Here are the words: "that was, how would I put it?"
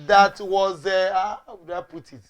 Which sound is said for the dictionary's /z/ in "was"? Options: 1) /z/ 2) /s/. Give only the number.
1